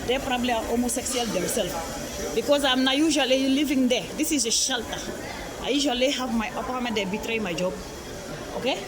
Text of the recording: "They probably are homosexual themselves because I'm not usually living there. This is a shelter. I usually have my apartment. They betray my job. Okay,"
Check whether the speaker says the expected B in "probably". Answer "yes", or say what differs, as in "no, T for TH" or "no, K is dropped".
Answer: yes